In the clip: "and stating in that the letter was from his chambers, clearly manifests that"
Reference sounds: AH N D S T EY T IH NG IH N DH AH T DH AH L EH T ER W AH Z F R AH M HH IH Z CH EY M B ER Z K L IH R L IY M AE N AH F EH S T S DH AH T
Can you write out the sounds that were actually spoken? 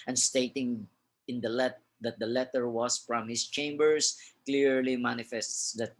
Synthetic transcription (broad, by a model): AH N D S T EY T IH NG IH N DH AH T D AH L EH T ER W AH S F R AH M HH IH S CH EY M B ER S K L IH R L IY M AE N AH F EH S T S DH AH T